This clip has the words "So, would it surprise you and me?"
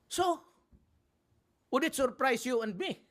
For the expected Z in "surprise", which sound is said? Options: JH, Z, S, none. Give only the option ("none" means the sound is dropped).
S